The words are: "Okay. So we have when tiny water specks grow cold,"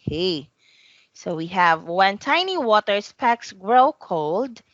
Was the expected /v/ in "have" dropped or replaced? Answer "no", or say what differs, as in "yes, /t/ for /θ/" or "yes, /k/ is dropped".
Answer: no